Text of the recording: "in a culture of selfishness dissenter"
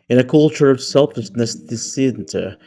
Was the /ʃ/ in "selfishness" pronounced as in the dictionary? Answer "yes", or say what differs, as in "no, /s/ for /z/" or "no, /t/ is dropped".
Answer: no, /s/ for /ʃ/